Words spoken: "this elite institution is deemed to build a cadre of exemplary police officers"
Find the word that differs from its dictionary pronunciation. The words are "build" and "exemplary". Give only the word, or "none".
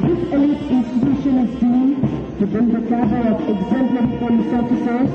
build